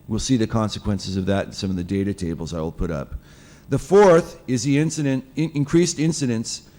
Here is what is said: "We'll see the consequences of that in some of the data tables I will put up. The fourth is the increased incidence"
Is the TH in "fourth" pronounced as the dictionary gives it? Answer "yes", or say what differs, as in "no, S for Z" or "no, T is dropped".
yes